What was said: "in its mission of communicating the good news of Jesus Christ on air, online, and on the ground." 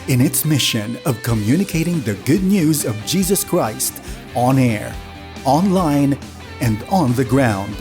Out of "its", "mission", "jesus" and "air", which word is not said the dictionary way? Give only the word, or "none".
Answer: none